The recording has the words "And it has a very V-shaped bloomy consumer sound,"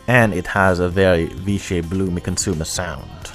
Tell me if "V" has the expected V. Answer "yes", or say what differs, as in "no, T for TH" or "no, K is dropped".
yes